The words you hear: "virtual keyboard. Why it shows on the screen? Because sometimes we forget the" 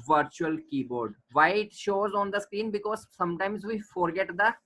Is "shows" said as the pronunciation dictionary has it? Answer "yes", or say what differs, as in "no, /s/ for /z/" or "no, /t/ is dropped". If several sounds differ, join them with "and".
yes